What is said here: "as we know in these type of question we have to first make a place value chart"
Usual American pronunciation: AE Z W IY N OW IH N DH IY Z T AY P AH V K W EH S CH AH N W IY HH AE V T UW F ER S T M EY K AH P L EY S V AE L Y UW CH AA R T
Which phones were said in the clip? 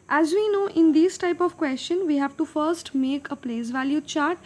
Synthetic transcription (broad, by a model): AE Z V IY N OW IH N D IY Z T AY P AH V K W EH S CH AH N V IY HH AE V T UW F ER S T M EY K AH P L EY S V AE L Y UW CH AA R T